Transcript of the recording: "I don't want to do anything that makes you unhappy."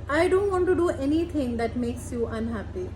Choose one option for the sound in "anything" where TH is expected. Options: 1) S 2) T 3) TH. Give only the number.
2